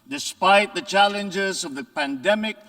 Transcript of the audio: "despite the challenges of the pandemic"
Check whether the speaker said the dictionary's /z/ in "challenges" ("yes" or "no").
yes